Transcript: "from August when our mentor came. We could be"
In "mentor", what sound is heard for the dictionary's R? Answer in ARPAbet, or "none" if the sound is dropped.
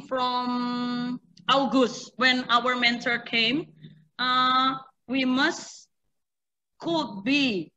R